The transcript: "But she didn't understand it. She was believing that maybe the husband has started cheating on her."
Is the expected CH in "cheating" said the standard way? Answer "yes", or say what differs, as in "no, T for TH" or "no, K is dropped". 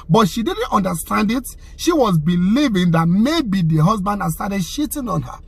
no, SH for CH